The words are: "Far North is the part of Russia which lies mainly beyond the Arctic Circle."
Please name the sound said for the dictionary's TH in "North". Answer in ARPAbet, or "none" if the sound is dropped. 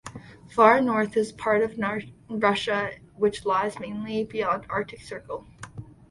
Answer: TH